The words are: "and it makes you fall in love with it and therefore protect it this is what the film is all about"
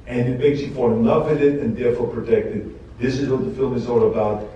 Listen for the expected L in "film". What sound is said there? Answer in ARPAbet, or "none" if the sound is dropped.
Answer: L